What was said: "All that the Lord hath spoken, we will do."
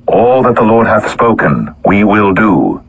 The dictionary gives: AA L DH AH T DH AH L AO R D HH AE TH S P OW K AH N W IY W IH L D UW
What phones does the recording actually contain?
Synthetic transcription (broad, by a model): AA L DH AH T DH AH L AO R D HH AE TH S P OW K AH N W IY W IH L D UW